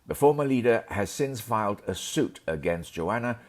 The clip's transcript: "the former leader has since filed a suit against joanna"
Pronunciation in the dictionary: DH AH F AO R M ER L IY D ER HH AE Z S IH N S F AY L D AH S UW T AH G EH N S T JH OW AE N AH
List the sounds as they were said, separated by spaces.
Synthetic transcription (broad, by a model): DH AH F AO R M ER L IY D ER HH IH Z S IH N S F AY L D AH S UW T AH G EH N S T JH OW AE N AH